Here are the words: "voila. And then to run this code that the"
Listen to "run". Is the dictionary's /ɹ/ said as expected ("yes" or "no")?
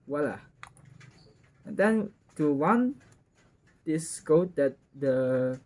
no